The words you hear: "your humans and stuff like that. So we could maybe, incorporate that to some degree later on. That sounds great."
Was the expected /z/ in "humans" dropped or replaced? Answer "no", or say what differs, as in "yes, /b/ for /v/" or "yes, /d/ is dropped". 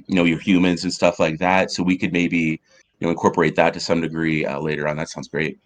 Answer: no